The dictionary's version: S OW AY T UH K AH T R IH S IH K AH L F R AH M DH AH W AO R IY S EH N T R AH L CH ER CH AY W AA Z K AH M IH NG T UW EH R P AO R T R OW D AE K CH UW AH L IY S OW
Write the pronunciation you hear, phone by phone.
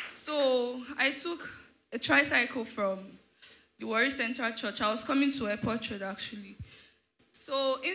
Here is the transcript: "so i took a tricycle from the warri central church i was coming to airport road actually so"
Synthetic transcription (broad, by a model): S OW AY T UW K AH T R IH S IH K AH L F R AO M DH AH W AO R IY S EH N T R AH L CH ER CH AY W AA S K AH M IH NG T UW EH P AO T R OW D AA K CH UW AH L IY S OW